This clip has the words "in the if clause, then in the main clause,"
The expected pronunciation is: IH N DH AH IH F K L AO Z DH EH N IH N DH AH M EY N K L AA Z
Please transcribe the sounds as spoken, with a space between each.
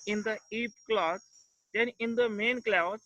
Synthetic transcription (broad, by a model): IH N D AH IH P K L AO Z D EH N IH N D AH M EY N K L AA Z